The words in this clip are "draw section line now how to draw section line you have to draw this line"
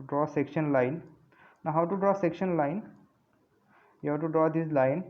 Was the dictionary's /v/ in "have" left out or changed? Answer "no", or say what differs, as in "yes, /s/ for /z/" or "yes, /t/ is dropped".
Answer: yes, /w/ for /v/